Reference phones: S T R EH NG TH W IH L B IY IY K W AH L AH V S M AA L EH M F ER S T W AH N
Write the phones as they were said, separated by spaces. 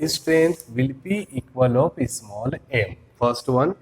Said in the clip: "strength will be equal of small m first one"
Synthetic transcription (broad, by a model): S T R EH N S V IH L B IY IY K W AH L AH P S M AA L EH M F ER S T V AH N